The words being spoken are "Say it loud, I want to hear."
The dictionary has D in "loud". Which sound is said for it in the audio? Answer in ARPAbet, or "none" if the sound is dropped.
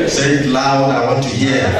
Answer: none